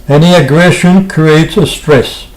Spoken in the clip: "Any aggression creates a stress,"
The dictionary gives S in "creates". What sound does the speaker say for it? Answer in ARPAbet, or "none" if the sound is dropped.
S